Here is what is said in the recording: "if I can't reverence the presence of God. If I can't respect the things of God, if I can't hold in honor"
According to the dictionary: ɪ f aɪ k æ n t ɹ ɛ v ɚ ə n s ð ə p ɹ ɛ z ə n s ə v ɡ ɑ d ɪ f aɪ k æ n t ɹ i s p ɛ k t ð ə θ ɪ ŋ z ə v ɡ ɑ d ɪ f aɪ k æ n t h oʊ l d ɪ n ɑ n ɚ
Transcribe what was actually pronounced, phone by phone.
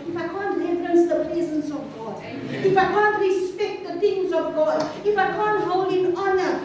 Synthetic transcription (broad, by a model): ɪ f aɪ k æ n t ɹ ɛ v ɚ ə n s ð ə p ɹ ɛ z ə n s ə v ɡ ɑ d ɪ f aɪ k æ n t ɹ i s p ɛ k t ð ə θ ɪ ŋ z ə v ɡ ɑ d ɪ f aɪ k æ n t h oʊ l d ɪ n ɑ n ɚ